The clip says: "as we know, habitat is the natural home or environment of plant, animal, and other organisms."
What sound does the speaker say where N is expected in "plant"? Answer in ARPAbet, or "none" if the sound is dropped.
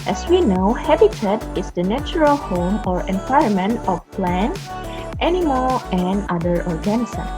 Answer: N